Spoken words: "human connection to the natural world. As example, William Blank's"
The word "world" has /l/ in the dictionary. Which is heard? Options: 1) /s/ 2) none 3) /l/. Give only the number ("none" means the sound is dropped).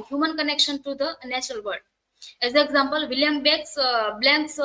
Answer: 2